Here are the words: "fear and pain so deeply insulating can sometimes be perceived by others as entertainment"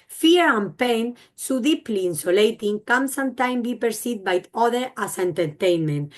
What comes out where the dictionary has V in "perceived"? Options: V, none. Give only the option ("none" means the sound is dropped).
none